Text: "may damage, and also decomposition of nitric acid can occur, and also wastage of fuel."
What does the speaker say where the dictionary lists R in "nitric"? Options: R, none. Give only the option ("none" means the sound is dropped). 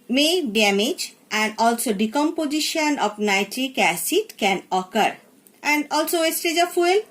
R